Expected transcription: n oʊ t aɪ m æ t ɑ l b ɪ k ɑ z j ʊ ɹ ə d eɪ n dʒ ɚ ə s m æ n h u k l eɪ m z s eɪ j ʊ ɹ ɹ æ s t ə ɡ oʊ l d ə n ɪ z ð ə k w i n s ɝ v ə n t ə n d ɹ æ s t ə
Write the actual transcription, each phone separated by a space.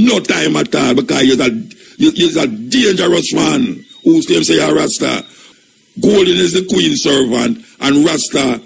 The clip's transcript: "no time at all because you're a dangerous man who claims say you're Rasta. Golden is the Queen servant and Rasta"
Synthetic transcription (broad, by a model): n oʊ t aɪ m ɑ t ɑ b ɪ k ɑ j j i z ə d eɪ n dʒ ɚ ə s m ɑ n h u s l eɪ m s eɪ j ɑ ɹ ɹ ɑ s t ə ɡ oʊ l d n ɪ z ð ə k w i n s ɝ v ə n t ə n ɹ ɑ s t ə